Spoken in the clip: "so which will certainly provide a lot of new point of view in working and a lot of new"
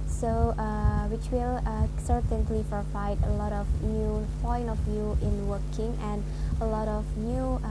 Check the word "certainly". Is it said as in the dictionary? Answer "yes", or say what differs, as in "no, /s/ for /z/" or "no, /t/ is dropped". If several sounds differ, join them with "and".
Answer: yes